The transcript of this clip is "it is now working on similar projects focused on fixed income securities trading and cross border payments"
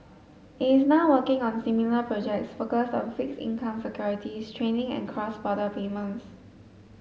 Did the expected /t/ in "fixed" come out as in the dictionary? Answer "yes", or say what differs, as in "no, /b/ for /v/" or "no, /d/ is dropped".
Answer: no, /t/ is dropped